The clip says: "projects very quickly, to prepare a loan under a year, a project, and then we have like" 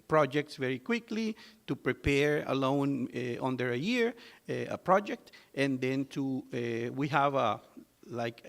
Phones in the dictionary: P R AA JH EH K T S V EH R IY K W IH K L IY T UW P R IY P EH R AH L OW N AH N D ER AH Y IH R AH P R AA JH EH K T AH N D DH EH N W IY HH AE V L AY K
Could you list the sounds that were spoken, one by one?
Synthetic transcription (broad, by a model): P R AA JH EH K T S V EH R IY K W IH K L IY T UW P R IY P EH R AH L OW N AH N D ER AH Y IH R AH P R AA JH EH K T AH N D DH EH N W IY HH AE V L AY K